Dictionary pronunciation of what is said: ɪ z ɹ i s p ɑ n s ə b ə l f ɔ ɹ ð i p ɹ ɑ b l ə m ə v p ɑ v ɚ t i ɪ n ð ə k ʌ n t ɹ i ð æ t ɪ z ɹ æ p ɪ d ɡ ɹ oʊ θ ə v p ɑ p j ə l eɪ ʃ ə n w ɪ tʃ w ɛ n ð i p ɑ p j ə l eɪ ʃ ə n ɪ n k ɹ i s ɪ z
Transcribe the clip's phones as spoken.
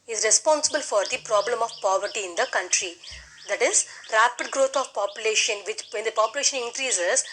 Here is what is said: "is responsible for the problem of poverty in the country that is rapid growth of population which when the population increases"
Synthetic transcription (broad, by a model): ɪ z ɹ i s p ɑ n s ə b ə l f ɔ ɹ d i p ɹ ɑ b l ə m ə v p ɑ v ɚ t i ɪ n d ə k ʌ n t ɹ i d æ t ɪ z ɹ æ p ɪ d ɡ ɹ oʊ t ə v p ɑ p j ə l eɪ ʃ ə n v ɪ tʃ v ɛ n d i p ɑ p j ə l eɪ ʃ ə n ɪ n k ɹ i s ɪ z